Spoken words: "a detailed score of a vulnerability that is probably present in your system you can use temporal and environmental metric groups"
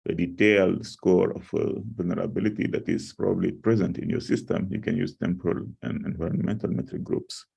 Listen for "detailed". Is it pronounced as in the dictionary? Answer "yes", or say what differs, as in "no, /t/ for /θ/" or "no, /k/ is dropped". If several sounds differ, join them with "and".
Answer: yes